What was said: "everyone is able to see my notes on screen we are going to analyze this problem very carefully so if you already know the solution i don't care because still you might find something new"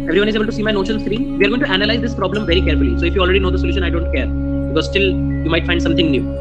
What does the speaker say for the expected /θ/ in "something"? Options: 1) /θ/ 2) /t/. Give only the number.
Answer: 2